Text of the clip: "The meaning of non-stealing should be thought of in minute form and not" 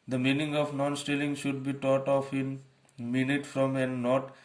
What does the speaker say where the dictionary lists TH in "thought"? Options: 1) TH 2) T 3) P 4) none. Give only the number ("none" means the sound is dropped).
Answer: 2